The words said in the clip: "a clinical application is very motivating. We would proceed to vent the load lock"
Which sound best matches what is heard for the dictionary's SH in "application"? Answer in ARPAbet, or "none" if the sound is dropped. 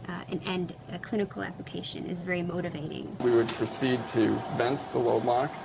SH